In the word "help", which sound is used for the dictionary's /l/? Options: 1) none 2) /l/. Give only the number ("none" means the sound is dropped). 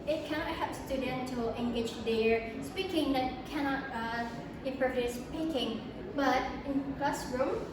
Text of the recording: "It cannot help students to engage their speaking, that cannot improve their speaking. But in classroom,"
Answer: 1